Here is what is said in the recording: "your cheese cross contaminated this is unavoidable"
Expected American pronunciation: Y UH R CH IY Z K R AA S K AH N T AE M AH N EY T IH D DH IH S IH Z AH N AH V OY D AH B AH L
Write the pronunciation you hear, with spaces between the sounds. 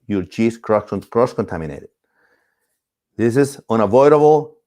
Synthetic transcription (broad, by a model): Y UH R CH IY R K R AA S K AH N T AE M AH N EY T IH D DH IH S IH Z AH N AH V OY D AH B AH L